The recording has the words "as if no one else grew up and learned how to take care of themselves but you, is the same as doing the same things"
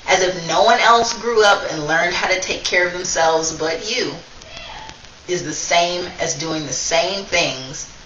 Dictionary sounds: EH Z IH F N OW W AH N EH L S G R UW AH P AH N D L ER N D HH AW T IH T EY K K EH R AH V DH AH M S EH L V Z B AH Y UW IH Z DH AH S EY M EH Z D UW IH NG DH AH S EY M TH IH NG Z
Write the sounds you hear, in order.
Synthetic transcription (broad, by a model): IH Z IH F N OW W AH N EH L S G R UW AH P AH N L ER N D HH AW T IH T EY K K EH R AH V DH AH M S EH L V Z B AH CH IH IH Z DH AH S EY M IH Z D UW IH NG DH AH S EY M TH IH NG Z